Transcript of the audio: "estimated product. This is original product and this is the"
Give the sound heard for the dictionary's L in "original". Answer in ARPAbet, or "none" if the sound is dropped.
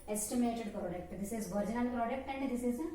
N